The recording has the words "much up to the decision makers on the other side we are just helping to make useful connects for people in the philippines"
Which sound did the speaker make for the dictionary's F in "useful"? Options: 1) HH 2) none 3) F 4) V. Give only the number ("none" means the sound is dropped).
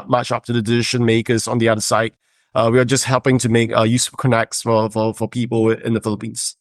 2